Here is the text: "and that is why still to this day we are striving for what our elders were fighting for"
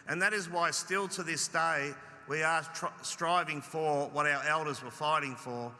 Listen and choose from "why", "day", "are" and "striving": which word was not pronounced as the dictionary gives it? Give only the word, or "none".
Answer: none